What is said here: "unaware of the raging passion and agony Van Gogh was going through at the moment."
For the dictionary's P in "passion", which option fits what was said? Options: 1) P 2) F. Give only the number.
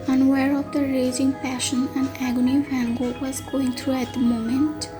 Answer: 1